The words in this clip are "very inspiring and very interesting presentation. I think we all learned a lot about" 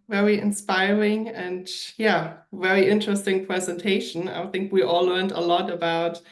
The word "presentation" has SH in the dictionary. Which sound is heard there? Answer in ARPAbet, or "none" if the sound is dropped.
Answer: SH